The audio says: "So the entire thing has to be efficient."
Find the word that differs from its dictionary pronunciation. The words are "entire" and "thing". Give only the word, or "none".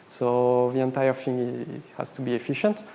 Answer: thing